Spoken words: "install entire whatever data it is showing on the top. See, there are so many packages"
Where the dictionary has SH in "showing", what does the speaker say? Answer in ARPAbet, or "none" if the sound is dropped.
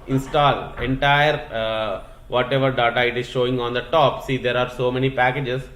SH